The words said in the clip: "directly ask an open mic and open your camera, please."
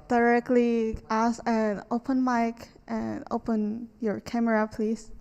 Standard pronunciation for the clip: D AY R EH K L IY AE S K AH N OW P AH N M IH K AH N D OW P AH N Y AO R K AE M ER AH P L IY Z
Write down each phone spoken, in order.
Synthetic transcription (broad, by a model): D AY R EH K L IY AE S AH N OW P AH N M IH K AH N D OW P AH N Y AO R K AE M ER AH P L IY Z